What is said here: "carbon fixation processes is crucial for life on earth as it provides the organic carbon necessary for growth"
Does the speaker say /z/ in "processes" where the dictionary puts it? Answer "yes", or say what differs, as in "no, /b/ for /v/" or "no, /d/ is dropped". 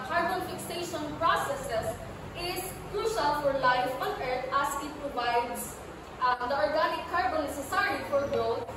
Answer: no, /s/ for /z/